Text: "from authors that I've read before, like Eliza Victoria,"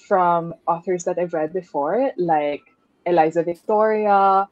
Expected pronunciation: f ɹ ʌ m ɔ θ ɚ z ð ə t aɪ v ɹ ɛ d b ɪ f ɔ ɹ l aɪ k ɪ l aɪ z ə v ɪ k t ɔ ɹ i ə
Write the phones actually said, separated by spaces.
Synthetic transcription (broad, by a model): f ɹ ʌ m ɔ θ ɚ z ð ə t aɪ v ɹ ɛ d b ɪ f ɔ ɹ l aɪ k ɪ l aɪ z ə v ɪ k t ɔ ɹ i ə